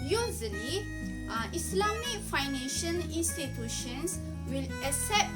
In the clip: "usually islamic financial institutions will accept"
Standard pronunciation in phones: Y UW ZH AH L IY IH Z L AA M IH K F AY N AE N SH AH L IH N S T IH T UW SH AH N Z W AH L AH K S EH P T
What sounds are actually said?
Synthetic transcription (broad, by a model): Y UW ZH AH L IY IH S L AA M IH K F AY N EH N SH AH N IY N S T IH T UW SH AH N S W AH L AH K S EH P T